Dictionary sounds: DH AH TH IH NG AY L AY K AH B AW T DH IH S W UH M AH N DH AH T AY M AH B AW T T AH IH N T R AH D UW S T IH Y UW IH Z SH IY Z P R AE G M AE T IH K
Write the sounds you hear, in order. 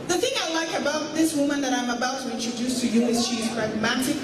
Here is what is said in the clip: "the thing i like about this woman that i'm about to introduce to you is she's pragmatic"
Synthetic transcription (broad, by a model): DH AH TH IH NG AY L AY K AH B AW T DH IH S W UH M AH N DH AH T AY M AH B AW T T AH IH N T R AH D UW S T IH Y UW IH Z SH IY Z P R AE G M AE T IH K